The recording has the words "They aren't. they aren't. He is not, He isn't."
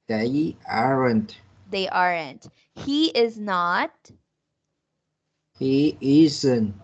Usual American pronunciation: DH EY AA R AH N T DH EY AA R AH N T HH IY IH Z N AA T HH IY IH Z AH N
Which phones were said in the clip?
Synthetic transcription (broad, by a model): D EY AA R AH N T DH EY AA R AH N T HH IY IH Z N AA T HH IY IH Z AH N